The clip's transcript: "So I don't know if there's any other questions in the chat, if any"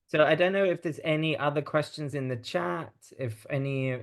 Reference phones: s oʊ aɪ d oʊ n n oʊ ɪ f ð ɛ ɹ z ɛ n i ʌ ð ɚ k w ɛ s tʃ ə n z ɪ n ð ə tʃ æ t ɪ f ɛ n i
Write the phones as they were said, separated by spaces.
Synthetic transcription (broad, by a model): s oʊ aɪ d oʊ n n oʊ ɪ f ð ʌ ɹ z ɛ n i ʌ ð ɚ k w ɛ s tʃ ə n z ɪ n ð ə tʃ æ t ɪ f ɛ n i